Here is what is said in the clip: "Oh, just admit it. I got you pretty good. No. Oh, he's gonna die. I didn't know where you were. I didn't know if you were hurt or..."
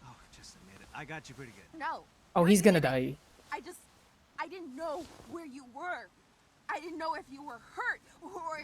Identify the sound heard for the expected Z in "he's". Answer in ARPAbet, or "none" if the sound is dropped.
Z